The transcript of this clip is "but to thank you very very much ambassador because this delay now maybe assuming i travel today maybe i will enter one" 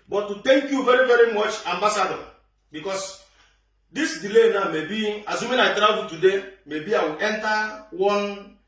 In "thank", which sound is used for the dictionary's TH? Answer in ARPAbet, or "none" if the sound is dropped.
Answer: T